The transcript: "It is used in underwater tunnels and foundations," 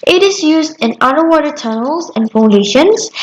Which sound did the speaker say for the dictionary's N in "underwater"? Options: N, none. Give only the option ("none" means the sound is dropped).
none